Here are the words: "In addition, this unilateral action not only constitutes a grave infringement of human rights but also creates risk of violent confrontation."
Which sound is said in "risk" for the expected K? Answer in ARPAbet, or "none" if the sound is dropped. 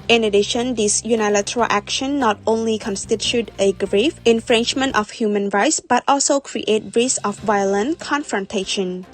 none